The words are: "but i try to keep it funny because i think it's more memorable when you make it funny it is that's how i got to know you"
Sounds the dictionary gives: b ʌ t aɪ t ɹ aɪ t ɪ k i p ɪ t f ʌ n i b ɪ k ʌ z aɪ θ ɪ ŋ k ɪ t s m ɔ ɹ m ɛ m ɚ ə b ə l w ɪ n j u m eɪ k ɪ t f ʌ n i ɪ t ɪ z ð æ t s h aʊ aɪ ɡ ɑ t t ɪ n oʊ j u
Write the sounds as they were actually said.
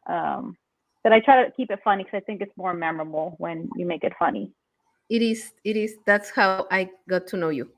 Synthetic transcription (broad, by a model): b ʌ t aɪ t ɹ aɪ t ɪ k i p ɪ t f ʌ n i k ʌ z aɪ θ ɪ ŋ k ɪ t s m ɔ ɹ m ɛ m ɚ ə b l w ɪ n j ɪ m eɪ k ɪ t f ʌ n i ɪ t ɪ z ð æ t s h aʊ aɪ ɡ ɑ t t ɪ n oʊ j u